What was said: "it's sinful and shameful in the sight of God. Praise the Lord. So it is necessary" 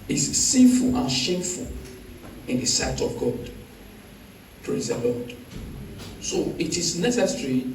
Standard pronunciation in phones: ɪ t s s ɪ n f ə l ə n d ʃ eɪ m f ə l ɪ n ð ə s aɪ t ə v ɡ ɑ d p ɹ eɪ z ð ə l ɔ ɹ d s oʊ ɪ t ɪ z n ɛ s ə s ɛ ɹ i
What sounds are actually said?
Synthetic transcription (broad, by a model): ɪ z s s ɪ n f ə l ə n ʃ eɪ m f ə l ɪ n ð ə s aɪ t ə v ɡ ɑ d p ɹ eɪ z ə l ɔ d s oʊ ɪ t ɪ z n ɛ s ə s ɹ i